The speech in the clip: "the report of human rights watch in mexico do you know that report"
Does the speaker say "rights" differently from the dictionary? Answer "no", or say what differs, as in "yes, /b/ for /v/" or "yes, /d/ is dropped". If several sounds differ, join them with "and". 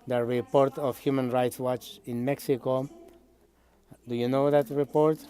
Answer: no